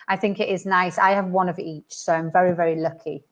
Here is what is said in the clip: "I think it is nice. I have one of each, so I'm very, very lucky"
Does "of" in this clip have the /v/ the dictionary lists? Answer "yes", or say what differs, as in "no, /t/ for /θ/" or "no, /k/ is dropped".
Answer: yes